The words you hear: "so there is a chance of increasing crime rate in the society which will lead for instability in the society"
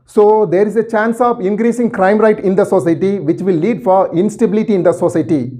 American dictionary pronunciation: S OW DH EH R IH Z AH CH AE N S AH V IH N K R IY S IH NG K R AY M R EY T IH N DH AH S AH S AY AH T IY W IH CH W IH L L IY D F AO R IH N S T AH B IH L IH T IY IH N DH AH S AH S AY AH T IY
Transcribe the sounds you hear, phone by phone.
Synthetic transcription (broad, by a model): S OW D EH R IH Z AH CH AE N S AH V IH N K R IY S IH NG K R AY M R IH T IH N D AH S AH S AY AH T IY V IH CH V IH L L IY D F AO R IH N S T AH B IH L IH T IY IH N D AH S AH S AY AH T IY